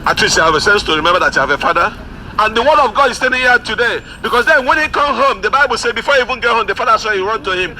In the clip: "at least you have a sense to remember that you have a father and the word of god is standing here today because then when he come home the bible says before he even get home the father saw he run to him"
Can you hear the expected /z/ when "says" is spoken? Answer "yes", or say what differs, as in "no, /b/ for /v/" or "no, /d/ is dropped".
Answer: no, /z/ is dropped